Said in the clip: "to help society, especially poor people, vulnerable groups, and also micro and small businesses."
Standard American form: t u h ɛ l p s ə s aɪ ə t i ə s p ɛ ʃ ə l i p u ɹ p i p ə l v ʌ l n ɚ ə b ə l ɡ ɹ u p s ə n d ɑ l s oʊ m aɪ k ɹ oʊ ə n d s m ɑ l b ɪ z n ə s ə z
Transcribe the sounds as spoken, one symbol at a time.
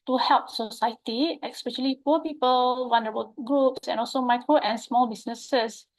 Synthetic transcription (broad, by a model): t u h ɛ l p s ə s aɪ ə t i ə s p ɛ ʃ ə l i p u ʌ p i p ə l w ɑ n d ɚ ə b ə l ɡ ɹ u p s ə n ɑ l s oʊ m aɪ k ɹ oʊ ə n s m ɑ l b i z n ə s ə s